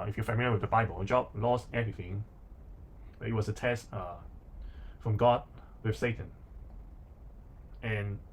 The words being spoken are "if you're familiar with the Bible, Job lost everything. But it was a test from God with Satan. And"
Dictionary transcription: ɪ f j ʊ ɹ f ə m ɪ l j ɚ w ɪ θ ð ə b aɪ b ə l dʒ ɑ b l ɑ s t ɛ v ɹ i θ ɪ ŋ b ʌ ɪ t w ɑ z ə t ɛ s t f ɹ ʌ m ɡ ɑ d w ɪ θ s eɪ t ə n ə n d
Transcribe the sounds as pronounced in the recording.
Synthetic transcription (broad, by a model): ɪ f j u f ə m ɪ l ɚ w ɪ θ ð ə b aɪ b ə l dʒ ɑ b l ɑ s t ɛ v ɹ i θ ɪ ŋ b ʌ ɪ t w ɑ s ə t ɛ s t f ɹ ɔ m ɡ ɑ d w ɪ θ s eɪ t ə n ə n